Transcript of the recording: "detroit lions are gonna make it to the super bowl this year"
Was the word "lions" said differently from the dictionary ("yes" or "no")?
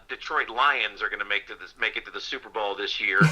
no